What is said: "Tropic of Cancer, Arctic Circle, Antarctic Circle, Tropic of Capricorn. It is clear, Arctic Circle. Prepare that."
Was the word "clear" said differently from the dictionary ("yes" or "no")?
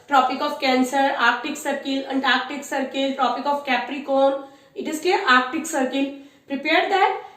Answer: yes